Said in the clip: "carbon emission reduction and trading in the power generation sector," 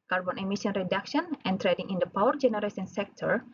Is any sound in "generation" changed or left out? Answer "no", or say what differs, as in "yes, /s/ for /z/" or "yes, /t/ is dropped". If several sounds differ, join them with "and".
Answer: yes, /s/ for /ʃ/